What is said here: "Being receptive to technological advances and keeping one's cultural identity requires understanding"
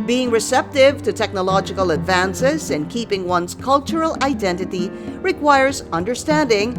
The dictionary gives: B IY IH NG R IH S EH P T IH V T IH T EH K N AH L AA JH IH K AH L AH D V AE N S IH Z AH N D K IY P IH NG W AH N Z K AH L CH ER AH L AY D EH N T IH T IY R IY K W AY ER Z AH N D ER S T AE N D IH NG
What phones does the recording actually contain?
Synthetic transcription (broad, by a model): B IY IH NG R IH S EH P T IH V T IH T EH K N AH L AA JH IH K AH L AH D V AE N S IH Z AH N K IY P IH NG W AH N Z K AH L CH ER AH L AY D EH N T IH T IY R IY K W AY ER Z AH N D ER S T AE N D IH NG